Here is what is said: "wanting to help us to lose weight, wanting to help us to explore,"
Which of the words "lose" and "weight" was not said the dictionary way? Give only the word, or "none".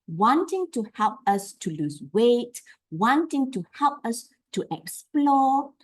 lose